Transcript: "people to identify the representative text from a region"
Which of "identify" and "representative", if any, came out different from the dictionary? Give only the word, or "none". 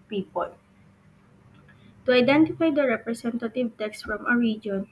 representative